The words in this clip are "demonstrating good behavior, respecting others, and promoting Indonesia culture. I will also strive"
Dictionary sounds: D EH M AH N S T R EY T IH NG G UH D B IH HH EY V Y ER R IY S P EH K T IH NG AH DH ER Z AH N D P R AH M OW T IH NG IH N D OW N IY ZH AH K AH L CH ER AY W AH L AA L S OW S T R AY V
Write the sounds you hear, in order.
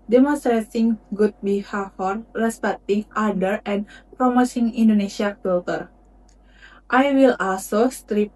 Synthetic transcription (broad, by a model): D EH M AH N S T R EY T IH NG G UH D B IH HH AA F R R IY S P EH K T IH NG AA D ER AH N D P R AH M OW S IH NG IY N D OW N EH SH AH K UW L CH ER AY W AH L AA L S OW S T R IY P